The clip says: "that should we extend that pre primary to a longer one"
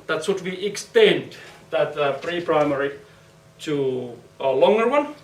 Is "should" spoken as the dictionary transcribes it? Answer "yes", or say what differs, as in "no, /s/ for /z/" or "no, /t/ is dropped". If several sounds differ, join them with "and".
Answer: no, /s/ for /ʃ/